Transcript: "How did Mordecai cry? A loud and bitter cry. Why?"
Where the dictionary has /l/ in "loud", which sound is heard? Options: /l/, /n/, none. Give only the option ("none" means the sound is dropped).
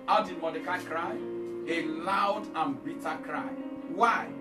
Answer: /l/